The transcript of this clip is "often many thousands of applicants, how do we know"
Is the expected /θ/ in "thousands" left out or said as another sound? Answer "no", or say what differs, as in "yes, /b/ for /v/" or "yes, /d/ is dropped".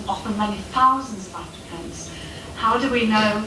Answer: no